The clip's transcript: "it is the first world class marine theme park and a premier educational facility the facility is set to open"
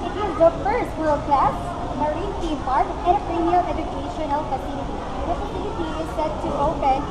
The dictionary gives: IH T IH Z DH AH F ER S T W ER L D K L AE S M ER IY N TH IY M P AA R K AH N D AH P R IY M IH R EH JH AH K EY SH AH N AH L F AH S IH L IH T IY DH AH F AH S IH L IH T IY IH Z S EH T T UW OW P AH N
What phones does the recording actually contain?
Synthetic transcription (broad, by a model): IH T IH Z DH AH F ER S T W ER L D K L AE S M ER IY N T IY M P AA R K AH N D AH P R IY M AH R EH JH AH K EY SH AH N AH L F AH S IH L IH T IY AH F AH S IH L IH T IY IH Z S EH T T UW OW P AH N